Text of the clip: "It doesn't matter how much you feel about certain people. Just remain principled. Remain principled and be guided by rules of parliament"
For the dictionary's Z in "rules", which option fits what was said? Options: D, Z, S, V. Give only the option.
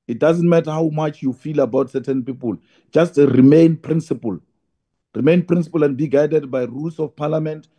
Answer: S